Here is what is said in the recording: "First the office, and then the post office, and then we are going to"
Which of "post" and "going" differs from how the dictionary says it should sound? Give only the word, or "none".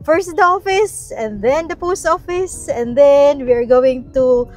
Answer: none